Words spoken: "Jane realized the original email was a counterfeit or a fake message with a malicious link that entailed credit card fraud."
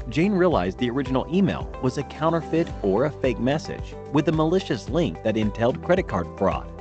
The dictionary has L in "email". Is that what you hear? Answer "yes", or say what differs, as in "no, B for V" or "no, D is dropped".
yes